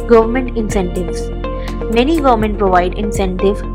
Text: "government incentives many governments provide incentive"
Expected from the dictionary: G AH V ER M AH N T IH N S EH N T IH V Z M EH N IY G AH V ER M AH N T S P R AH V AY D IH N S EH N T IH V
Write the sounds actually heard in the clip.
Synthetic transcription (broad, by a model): G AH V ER M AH N T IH N S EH N T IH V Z M EH N IY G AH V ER M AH N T P R AH V AY D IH N S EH N T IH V